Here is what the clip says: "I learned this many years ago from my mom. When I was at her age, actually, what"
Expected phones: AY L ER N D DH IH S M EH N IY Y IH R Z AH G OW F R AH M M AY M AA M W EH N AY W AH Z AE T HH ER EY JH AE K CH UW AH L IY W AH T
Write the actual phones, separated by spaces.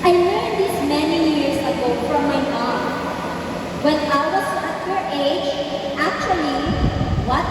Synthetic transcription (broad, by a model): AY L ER D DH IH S M EH N IY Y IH R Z AH G OW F R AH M M AY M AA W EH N AY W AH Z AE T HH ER EY JH AE K CH UW AH L IY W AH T